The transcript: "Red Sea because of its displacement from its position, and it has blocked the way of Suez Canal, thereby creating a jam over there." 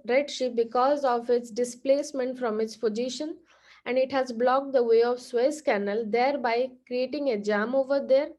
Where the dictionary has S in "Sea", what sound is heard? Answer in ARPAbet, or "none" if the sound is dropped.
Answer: SH